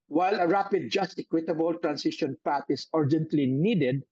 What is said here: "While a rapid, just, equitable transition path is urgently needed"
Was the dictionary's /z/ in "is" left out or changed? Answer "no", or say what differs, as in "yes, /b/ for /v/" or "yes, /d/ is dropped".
yes, /s/ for /z/